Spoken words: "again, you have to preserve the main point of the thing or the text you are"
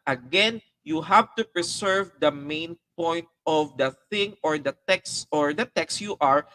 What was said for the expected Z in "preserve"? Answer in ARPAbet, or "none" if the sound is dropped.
S